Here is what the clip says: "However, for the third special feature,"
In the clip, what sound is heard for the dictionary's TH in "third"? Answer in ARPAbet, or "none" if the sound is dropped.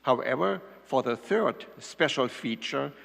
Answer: TH